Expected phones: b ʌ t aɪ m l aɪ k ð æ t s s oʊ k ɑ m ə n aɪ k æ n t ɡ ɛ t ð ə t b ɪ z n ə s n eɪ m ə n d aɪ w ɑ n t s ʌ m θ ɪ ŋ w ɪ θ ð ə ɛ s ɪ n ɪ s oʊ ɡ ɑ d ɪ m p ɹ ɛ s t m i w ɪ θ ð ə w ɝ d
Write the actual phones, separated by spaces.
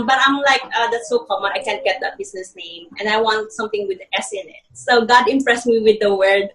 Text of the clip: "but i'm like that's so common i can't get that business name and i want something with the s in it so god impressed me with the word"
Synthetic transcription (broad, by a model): b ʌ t aɪ m l aɪ k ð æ t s s oʊ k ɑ m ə aɪ k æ n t ɡ ɛ t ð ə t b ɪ s n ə s n eɪ m ə n d aɪ w ɑ n t s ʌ m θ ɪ ŋ w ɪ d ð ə ɛ s ɪ n ɪ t oʊ ɡ ɑ d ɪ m p ɹ ɛ s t m i w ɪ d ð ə w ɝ d